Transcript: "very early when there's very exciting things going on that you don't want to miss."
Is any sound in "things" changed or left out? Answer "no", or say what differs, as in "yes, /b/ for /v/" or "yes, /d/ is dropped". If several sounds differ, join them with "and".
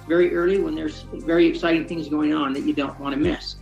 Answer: no